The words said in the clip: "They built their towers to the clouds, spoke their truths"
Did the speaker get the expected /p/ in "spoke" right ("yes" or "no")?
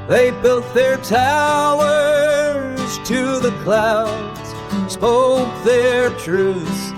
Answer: no